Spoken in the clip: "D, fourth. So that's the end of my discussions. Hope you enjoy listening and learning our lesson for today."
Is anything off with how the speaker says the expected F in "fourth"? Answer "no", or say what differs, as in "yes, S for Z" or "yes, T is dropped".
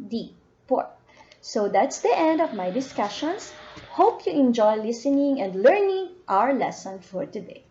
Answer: yes, P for F